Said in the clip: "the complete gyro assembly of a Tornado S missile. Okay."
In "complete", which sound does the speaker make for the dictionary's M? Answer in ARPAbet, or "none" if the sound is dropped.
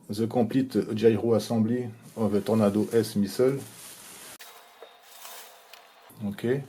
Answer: none